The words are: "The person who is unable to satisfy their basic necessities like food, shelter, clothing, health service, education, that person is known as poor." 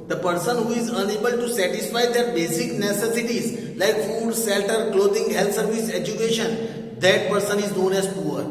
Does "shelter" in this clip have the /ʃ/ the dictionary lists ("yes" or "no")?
no